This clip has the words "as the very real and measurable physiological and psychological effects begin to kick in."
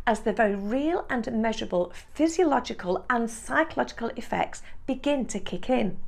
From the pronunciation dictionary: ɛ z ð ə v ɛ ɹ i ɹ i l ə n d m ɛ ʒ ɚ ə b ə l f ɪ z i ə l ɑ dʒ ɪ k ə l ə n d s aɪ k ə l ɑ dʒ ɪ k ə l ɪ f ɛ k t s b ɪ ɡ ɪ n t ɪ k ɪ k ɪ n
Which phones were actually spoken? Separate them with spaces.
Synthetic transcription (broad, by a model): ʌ z ð ə v ɛ ɹ i ɹ i l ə n m ɛ ʒ ɚ ə b ə l f ɪ z i ə l ɑ dʒ ɪ k ə l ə n s aɪ k ə l ɑ dʒ ɪ k ə l ɪ f ɛ k t s b ɪ ɡ ɪ n t ɪ k ɪ k ɪ n